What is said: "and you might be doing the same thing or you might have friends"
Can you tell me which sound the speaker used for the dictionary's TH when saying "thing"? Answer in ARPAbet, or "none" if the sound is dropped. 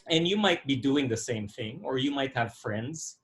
TH